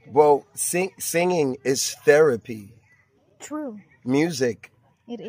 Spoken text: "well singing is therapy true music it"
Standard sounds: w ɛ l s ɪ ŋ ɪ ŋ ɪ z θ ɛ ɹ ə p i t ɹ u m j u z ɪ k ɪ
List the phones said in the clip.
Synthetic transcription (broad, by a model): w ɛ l s ɪ ŋ ɪ ŋ ɪ z θ ɛ ɹ ə p i t ɹ u m j u z ɪ k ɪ